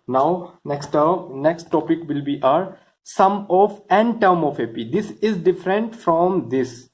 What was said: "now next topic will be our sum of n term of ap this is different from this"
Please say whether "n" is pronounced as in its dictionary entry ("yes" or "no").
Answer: yes